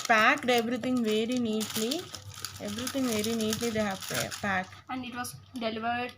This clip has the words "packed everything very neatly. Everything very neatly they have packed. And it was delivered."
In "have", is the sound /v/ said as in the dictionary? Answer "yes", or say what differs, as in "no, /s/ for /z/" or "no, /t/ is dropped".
no, /p/ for /v/